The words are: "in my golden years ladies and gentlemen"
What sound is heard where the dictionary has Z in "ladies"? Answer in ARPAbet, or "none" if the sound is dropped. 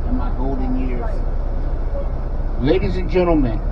Z